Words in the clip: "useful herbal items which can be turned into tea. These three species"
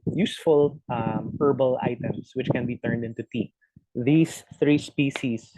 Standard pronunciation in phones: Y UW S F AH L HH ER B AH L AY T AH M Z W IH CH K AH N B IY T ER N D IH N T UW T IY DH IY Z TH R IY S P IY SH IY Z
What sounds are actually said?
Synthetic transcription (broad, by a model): Y UW S F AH L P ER B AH L AY T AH M S W IH CH K AH N B IY T ER N D IH N T UW T IY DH IY S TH R IY S P IY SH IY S